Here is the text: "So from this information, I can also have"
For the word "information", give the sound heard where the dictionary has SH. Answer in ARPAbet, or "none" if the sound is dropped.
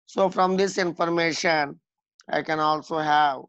SH